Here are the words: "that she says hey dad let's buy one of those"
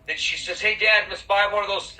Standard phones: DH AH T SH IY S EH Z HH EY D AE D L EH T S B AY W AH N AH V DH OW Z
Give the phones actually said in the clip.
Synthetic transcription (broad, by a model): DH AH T SH IY S EH Z HH EY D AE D N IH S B AY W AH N AH V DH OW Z